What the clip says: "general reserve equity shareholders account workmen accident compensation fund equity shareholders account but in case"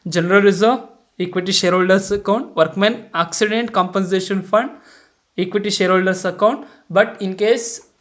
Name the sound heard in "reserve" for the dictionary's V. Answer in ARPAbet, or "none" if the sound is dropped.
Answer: none